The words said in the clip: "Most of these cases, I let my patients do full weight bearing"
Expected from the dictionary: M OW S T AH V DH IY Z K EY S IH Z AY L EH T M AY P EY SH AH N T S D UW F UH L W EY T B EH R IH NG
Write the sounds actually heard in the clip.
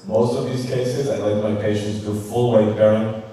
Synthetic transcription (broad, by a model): M OW S T AH V DH IY Z K EY S IH Z AY L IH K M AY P EY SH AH N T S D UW F UH L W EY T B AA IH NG